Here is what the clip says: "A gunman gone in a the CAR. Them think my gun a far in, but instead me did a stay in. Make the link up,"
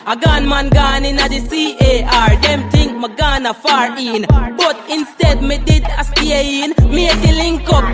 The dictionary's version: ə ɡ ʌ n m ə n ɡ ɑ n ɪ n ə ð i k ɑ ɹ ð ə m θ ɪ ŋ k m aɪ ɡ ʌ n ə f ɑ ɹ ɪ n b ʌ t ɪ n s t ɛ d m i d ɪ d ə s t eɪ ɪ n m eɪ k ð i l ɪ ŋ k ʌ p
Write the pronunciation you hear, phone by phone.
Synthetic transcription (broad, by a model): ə ɡ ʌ n m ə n ɡ ɑ n ɪ n ə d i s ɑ ɹ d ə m t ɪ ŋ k m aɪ ɡ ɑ n ə f ɑ ɹ ɪ n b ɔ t ɪ n s t ɛ d m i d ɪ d ə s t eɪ ɪ n m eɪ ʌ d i l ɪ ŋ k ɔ